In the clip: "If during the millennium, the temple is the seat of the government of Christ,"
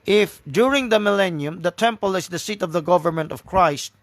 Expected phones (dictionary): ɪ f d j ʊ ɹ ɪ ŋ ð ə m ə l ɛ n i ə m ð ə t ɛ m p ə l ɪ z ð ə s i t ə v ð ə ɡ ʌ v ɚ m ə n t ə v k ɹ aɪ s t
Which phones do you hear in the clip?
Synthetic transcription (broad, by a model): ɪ f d j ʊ ɹ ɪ ŋ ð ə m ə l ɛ n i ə m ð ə t ɛ m p ə l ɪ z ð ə s i t ə v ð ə ɡ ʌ v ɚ m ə n t ə v k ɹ aɪ s t